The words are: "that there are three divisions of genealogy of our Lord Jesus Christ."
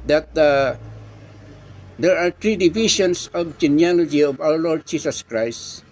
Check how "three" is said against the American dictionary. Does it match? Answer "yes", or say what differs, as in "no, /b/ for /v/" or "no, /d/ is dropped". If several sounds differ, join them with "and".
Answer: no, /t/ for /θ/